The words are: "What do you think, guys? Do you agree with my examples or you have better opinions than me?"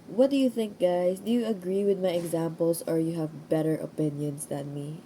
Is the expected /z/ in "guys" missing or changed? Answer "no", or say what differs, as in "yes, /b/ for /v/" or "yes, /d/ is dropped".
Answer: yes, /s/ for /z/